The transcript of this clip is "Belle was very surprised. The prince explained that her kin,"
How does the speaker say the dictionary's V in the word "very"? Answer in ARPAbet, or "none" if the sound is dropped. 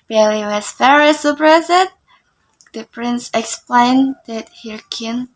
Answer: F